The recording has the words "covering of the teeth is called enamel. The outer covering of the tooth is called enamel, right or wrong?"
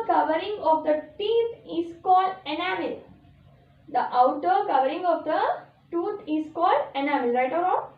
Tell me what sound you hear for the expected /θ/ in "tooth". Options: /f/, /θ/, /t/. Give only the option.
/t/